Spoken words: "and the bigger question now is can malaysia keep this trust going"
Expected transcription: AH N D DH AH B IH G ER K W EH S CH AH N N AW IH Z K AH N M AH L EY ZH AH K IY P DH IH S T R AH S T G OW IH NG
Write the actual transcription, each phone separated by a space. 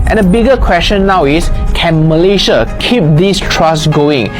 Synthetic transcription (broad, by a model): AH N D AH B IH G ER K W EH S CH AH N N AW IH S K AH N M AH L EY SH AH K IY P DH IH S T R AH S G OW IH NG